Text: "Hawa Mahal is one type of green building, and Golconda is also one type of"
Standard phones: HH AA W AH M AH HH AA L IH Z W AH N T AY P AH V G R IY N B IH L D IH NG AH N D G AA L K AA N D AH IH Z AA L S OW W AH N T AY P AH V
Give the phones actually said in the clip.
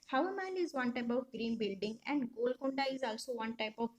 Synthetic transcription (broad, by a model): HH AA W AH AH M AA N IH Z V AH N T AY P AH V G R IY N B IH L D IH NG AH N D G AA L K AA N D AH IH Z AA L S OW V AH N T AY P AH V